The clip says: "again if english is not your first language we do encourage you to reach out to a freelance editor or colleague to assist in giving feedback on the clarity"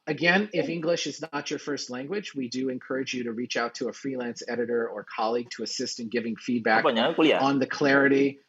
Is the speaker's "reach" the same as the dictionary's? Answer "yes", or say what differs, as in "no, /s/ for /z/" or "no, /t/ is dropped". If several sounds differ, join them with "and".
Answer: yes